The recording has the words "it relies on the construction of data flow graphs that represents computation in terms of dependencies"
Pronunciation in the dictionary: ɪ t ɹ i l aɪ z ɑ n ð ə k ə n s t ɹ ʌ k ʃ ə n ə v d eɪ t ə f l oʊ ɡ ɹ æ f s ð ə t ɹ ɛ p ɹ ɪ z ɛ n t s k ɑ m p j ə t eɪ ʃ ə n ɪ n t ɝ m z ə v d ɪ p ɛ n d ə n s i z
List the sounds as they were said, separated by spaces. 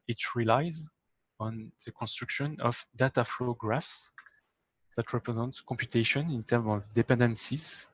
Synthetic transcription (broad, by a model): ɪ t ɹ i l aɪ z ɑ n ð ə k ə n s t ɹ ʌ k ʃ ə n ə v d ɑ t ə f l oʊ ɡ ɹ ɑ f s ð ə t ɹ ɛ p ɹ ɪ z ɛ n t k ɑ m p j ə t eɪ ʃ ə n ɪ n t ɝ m ə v d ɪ p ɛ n d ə n s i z